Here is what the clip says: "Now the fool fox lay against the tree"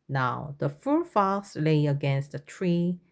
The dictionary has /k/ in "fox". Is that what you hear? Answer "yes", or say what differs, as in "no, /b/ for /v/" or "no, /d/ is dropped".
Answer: no, /k/ is dropped